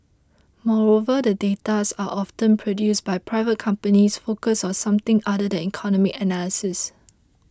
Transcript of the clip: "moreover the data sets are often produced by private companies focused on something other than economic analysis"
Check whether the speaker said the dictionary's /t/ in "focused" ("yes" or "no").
no